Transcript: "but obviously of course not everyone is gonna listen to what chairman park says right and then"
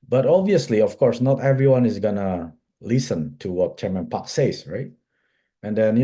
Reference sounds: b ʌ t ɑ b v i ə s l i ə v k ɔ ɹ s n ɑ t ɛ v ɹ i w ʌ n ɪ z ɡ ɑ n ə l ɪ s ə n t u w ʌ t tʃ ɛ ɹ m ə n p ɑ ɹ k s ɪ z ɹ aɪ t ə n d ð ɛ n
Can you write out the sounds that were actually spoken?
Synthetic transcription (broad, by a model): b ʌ t ɑ b v i ə s l i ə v k ɔ ɹ s n ɑ t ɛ v ɹ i w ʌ n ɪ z ɡ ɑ n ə l ɪ s ə n t u w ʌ t tʃ ɛ ɹ m ə n p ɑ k s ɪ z ɹ aɪ t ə n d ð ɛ n